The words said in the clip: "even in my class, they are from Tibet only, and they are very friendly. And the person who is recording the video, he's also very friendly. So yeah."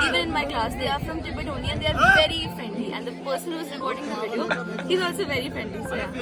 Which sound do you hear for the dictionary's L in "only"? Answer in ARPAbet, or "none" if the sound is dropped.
none